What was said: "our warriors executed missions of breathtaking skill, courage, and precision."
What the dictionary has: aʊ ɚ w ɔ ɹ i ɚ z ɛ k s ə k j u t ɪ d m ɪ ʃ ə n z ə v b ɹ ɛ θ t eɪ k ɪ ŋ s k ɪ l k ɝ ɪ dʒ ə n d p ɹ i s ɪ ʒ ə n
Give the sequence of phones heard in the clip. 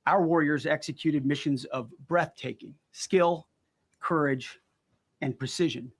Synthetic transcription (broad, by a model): aʊ ɚ w ɔ ɹ i ɚ z ɛ k s ə k j u t ɪ d m ɪ ʃ ə n z ə v b ɹ ɛ θ t eɪ k ɪ ŋ s k ɪ l k ɝ ɪ dʒ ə n p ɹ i s ɪ ʒ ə n